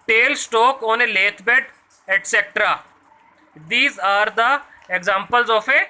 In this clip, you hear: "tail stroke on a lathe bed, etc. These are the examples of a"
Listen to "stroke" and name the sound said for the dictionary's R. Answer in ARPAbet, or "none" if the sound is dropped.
none